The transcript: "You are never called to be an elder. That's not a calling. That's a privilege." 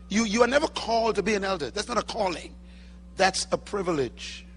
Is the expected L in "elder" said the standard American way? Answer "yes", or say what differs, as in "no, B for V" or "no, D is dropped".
yes